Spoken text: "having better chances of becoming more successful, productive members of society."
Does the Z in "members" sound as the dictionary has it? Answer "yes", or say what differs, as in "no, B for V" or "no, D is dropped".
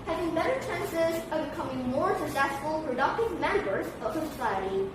yes